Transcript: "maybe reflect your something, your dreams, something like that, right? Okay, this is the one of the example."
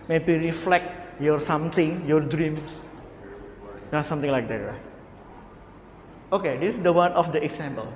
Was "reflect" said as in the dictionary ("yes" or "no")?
yes